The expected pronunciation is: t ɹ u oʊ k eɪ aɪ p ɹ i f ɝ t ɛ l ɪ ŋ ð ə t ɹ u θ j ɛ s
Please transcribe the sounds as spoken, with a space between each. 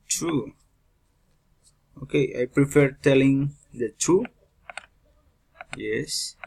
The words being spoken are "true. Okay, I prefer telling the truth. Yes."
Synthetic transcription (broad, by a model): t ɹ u oʊ k eɪ aɪ p ɹ i f ɝ t ɛ l ɪ ŋ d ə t u j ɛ s